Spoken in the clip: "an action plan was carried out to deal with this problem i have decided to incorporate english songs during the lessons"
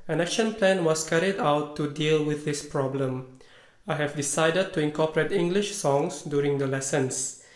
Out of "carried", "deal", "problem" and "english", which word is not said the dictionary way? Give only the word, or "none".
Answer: none